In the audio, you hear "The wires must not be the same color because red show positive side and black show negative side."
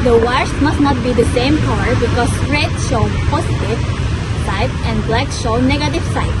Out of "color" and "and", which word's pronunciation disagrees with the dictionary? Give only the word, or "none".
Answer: color